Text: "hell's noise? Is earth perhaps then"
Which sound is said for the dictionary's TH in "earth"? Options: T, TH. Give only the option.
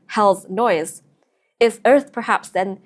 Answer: TH